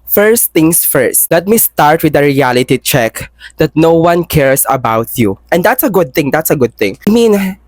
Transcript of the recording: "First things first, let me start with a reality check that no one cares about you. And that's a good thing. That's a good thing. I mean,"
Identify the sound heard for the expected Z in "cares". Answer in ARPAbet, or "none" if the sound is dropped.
S